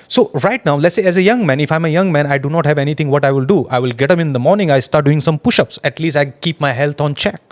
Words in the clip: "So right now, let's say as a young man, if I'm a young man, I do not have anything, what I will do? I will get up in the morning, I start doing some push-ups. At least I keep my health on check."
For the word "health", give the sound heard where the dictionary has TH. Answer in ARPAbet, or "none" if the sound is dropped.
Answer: T